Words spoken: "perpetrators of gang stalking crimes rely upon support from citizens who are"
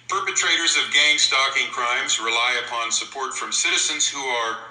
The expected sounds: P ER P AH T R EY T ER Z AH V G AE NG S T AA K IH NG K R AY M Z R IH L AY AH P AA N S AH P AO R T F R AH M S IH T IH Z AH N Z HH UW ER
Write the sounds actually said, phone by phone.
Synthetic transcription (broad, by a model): P ER P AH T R EY T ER Z AH V G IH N S T AA K IH NG K R AY M Z R IH L AY AH P AA N S AH P AO R T F R AH M S IH T IH Z AH N Z HH UW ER